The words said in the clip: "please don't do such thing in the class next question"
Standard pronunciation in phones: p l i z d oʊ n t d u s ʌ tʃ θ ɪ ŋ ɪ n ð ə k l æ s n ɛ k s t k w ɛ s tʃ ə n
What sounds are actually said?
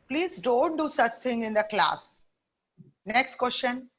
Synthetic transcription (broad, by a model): p l i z d oʊ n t d u s ʌ tʃ t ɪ ŋ ɪ n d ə k l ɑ s n ɛ k s t k w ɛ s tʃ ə n